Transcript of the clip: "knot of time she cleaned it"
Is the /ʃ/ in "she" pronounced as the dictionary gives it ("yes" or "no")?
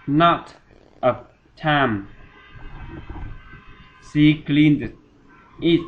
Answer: no